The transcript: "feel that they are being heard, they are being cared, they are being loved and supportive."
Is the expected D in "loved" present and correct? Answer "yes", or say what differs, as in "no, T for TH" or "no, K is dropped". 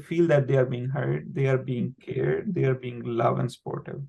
no, D is dropped